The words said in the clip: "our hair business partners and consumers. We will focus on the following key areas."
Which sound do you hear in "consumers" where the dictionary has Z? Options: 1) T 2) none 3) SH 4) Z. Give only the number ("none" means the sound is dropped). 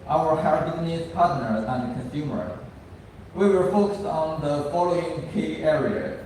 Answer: 2